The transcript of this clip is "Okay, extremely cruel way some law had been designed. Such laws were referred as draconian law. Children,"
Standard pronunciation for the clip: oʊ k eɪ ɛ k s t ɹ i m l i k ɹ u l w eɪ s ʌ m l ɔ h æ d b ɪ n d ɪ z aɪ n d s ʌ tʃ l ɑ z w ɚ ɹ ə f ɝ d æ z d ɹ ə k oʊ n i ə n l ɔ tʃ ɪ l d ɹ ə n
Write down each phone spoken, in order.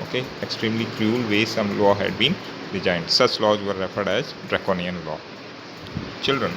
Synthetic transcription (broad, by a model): oʊ k eɪ ɛ k s t ɹ i m l i k ɹ u l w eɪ s ʌ m l ɔ h æ d b ɪ n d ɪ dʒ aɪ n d s ʌ tʃ l ɑ z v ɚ ɹ ə f ɝ d æ z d ɹ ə k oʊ n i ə n l ɔ tʃ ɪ l d ɹ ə n